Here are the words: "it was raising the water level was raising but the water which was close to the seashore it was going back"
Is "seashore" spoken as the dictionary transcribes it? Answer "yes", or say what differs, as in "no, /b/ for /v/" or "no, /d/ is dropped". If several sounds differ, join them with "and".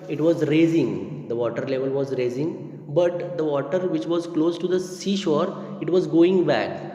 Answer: yes